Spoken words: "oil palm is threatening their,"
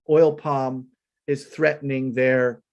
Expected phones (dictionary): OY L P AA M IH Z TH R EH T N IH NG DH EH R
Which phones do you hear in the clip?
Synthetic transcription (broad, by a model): OY L P AA M IH Z TH R EH T N IH NG DH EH R